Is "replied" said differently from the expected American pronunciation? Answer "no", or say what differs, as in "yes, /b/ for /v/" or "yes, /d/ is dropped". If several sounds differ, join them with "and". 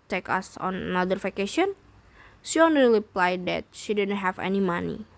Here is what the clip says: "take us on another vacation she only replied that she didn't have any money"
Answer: yes, /l/ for /ɹ/